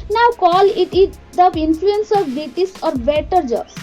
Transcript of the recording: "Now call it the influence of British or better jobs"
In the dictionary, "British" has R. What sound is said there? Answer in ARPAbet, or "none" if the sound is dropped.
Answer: none